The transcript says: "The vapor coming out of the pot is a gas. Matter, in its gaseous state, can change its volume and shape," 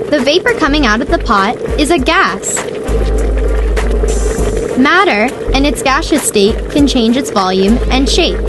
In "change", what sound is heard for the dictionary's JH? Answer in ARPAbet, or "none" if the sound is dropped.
JH